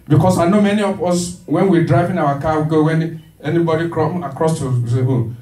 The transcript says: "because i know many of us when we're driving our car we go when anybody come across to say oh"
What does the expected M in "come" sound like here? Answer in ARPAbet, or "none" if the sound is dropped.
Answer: none